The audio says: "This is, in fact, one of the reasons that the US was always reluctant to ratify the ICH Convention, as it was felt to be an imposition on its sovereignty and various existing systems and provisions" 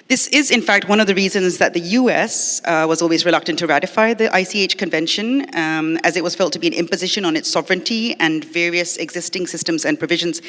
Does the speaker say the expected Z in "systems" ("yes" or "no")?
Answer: yes